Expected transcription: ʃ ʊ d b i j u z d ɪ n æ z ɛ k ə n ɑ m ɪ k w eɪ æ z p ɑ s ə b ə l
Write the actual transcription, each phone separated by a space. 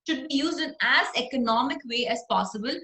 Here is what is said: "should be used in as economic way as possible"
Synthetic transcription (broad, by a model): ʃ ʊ d b i j u z d ɪ n æ z ɛ k ə n ɑ m ɪ k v eɪ æ z p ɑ s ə b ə l